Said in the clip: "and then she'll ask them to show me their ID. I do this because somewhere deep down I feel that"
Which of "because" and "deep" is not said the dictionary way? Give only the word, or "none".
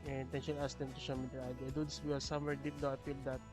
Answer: because